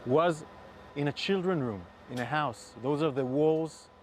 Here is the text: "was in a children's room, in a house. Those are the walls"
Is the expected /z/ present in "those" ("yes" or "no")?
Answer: yes